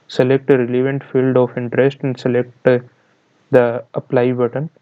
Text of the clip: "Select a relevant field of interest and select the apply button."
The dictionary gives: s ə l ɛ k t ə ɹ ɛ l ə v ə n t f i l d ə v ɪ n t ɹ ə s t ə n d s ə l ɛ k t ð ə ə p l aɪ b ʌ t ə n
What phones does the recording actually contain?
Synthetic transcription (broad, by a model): s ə l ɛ k t ə ɹ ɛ l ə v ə n t f i l d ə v ɪ n t ɹ ə s t ə n d s ə l ɛ k t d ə ə p l aɪ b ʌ t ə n